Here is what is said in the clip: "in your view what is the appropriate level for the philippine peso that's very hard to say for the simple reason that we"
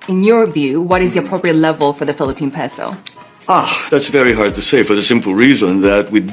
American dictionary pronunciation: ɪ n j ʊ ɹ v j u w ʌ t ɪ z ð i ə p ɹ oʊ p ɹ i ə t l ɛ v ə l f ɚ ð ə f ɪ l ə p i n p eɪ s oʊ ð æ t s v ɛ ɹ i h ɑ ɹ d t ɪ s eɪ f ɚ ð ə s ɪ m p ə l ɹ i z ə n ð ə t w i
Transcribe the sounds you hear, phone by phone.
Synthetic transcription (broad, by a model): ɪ n j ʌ ɹ v j u w ʌ t ɪ z ð i ə p ɹ oʊ p ɹ i ə t l ɛ v ə l f ɚ ð ə f ɪ l ə p i n p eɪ s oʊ ð æ t s v ɛ ɹ i h ɑ ɹ d t ɪ s eɪ f ɚ ð ə s ɪ m p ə l ɹ i z ə n ð ə t w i